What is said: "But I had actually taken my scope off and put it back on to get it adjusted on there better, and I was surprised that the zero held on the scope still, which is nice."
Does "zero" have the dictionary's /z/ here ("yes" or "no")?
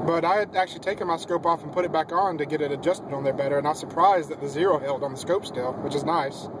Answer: yes